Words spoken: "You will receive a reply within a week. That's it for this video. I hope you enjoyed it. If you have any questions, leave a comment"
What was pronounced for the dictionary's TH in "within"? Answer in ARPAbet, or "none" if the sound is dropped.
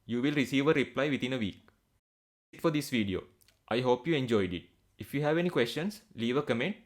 T